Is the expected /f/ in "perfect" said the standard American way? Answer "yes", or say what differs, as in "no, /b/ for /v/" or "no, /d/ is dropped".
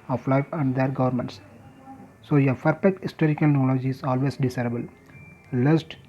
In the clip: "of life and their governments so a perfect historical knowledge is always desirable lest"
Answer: no, /p/ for /f/